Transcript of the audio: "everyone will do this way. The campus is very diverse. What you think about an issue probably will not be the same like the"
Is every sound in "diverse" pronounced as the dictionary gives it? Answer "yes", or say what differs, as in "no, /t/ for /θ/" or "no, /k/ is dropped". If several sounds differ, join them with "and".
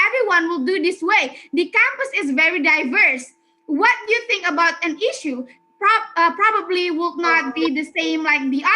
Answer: yes